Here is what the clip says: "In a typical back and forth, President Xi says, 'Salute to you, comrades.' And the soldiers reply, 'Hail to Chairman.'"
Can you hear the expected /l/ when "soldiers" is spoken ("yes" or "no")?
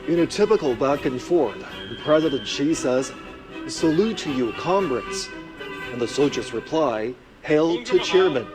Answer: no